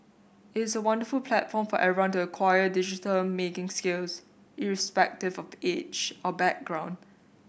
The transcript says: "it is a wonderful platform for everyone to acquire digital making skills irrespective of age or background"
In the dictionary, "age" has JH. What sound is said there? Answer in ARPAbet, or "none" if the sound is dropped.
CH